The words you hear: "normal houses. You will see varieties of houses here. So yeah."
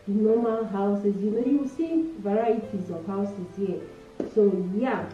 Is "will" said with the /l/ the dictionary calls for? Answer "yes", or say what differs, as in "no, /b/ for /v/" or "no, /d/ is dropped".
no, /n/ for /l/